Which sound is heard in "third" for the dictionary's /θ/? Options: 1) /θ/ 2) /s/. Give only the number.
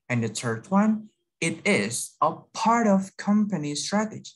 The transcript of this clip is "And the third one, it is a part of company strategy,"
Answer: 2